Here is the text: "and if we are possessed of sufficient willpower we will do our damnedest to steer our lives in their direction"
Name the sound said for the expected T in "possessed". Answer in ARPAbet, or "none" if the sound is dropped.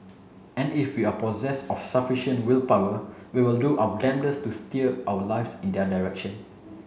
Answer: none